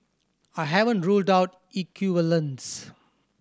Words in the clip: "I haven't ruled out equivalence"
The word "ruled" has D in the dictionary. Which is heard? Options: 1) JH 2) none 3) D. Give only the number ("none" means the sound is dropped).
3